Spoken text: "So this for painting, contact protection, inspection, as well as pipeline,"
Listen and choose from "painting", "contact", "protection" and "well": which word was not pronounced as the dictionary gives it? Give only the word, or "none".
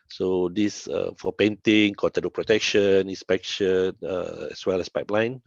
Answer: contact